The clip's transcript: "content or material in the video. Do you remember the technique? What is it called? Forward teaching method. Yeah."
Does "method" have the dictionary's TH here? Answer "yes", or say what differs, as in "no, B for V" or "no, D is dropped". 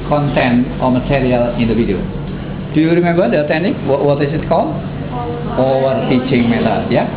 no, T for TH